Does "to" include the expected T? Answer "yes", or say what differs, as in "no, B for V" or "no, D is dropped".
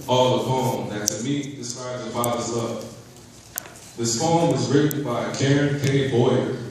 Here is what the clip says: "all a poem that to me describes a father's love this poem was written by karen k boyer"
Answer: no, S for T